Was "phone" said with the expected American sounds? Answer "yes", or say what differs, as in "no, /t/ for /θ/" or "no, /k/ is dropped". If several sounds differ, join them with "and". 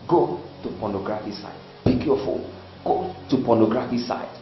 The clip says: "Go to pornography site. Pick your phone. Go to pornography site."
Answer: no, /l/ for /n/